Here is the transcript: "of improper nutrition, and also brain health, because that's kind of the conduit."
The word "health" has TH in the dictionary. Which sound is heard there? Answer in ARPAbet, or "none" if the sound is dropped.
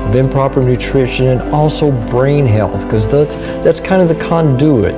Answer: TH